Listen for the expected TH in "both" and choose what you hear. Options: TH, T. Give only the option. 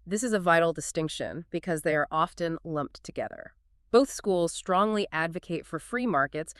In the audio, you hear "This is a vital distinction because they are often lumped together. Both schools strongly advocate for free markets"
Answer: TH